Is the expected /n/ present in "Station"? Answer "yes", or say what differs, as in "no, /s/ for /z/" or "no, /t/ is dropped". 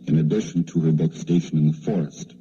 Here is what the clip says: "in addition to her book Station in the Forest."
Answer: yes